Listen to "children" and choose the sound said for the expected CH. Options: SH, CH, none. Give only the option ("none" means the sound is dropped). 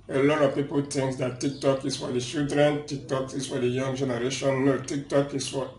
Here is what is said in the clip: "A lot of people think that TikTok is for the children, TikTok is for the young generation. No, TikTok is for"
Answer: SH